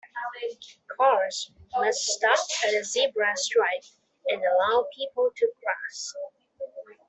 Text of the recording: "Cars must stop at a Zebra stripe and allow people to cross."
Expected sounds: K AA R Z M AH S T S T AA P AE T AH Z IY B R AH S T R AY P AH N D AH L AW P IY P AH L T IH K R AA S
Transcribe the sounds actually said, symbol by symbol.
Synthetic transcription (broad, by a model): K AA R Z M AH S T S T AA P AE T AH Z IY B R AH S T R AY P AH N AH L AW P IY P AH L T IH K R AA S